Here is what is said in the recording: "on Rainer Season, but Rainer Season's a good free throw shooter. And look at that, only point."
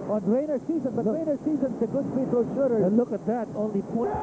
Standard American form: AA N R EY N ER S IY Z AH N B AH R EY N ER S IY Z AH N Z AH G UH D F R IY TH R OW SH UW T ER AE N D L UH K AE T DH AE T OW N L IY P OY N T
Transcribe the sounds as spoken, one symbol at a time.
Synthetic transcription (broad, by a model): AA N R EY N ER S IY Z AH N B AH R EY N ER S IY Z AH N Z AH G UH D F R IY T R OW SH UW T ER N L UH K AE T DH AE T OW N L IY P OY